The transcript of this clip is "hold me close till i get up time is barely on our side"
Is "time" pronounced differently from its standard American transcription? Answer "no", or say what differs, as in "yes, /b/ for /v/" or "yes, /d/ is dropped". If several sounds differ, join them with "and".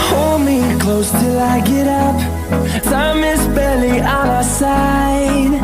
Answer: yes, /s/ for /t/